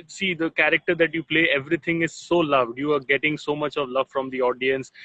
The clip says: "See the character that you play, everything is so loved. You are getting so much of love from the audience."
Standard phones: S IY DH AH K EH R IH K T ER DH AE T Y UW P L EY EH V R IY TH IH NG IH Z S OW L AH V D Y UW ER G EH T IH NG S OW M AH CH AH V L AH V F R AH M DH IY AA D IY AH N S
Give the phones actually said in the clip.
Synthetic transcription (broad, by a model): S IY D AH K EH R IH K T ER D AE T Y UW P L EY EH V R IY T IH NG IH Z S OW L AH V D Y UW ER G EH T IH NG S OW M AH CH AH V L AH V F R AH M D IY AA D IY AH N S